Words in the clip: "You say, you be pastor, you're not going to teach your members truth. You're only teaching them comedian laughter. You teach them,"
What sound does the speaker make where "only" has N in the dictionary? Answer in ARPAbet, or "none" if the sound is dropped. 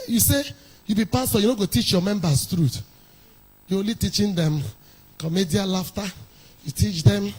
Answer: none